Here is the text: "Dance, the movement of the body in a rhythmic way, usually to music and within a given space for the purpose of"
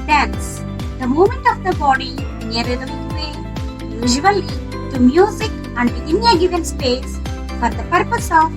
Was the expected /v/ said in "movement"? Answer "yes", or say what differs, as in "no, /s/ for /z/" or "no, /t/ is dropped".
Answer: no, /v/ is dropped